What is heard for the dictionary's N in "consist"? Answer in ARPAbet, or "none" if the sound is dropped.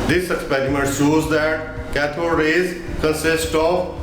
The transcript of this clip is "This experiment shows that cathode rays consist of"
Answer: none